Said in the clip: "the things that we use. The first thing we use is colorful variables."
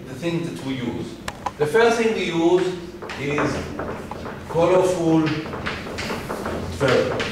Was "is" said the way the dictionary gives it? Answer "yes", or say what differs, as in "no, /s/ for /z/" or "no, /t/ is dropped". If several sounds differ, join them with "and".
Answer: yes